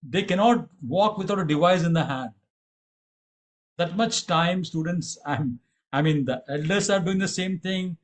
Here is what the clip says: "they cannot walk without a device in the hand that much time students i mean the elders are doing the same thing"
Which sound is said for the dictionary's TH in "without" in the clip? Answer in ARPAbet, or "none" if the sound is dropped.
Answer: T